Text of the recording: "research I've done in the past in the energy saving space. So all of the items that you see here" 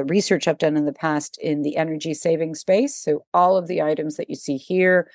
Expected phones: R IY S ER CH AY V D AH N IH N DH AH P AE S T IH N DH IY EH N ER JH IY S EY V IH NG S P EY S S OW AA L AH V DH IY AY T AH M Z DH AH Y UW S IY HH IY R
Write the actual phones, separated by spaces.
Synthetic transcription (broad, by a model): R IY S ER CH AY P D AH N IH N DH AH P AE S T IH N DH IY EH N ER JH IY S EY V IH NG S P EY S S OW AA L AH V DH IY AY T AH M Z DH AH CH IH S IY HH IY R